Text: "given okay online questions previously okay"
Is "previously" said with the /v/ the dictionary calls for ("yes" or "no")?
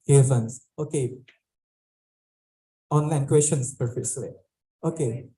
no